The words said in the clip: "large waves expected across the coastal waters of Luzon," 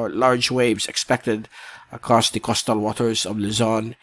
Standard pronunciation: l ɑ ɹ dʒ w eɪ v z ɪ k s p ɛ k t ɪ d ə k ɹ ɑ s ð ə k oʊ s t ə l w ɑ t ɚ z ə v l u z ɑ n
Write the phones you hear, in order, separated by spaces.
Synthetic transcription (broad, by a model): l ɑ ɹ dʒ w eɪ v z ɪ k s p ɛ k t ɪ d ə k ɹ ɑ s ð ə k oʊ s t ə l w ɑ t ɚ z ə v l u z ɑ n